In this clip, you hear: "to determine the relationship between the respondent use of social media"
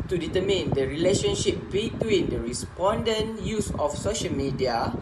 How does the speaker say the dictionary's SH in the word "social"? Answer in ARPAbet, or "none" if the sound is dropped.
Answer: SH